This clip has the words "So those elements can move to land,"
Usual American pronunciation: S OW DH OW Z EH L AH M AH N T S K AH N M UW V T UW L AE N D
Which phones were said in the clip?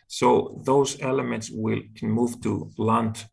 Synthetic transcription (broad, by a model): S OW DH OW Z EH L AH M AH N T S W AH L M UW V T UW L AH N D